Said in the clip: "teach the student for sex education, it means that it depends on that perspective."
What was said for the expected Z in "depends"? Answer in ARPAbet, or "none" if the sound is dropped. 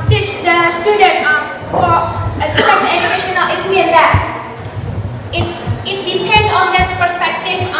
none